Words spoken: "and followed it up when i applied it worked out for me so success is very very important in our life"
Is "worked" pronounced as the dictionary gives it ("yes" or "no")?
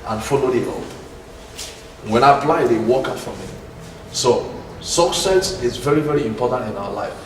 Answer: no